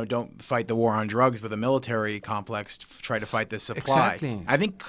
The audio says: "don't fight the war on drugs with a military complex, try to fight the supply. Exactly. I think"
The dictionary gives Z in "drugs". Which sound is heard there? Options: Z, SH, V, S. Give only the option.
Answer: Z